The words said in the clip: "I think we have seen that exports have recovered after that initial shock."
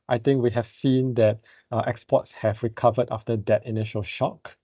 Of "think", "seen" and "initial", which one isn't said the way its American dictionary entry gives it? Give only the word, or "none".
think